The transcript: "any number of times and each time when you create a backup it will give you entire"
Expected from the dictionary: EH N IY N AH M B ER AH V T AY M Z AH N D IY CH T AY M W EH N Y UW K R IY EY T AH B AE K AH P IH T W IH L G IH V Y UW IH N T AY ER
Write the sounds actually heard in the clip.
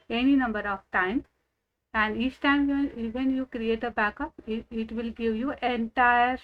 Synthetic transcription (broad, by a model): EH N IY N AH M B ER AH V T AY M AH N D IY CH T AY M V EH N Y UW K R IY EY T AH B AE K AH P IH T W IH L G IH V Y UW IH N T AY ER